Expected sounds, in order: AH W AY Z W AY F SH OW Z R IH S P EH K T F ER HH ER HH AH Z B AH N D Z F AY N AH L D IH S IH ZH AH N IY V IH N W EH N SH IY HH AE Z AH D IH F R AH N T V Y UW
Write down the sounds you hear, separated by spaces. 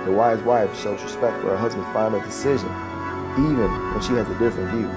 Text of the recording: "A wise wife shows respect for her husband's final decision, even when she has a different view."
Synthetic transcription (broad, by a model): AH W AY Z W AY F SH OW Z R IH S P EH K T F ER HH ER HH AH Z B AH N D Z F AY AH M D IH S IH ZH AH N IY V IH N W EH N SH IY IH Z AH D IH F R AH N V Y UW